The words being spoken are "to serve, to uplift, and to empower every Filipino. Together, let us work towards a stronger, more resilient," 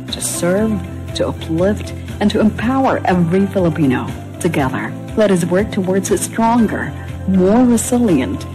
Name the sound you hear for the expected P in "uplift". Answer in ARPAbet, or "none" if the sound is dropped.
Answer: P